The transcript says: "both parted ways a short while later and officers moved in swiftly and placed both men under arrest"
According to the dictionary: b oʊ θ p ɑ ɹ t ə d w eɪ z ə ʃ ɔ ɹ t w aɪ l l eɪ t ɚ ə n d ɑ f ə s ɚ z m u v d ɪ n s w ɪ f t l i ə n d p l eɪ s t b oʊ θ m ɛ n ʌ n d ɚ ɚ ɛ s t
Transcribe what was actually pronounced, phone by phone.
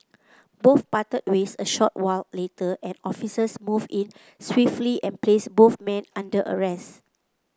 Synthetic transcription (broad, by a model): b oʊ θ p ɑ t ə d w eɪ s ə ʃ ɔ t w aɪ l l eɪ t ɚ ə n ɑ f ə s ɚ s m u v ɪ n s w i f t l i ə n p l eɪ s b oʊ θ m ɛ n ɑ n d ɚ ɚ ɛ s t